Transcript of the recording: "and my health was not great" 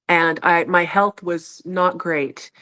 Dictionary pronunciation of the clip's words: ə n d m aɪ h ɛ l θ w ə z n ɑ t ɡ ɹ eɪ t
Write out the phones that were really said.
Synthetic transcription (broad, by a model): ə n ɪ m aɪ h ɛ l θ w ə z n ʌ t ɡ ɹ eɪ t